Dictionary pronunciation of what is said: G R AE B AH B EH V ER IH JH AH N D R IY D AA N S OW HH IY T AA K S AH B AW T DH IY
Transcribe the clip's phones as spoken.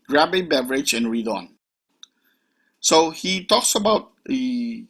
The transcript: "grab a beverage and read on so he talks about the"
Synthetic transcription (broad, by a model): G R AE B AH B EH V ER IH JH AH N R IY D AA N S OW HH IY T AA K S AH B AW T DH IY